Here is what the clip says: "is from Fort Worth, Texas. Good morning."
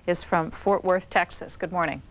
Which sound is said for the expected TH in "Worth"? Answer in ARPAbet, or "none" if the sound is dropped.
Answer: TH